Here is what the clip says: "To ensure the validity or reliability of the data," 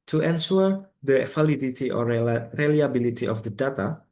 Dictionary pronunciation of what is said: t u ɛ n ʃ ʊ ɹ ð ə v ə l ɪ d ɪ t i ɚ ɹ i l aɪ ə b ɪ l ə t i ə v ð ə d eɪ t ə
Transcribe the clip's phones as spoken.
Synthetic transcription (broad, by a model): t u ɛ n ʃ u ɹ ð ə f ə l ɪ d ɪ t i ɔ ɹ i l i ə b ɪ l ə t i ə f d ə d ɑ t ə